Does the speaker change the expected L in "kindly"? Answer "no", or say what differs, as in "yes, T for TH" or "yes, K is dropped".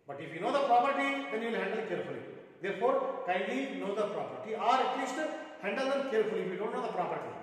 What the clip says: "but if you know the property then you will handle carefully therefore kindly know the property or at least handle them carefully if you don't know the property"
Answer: yes, L is dropped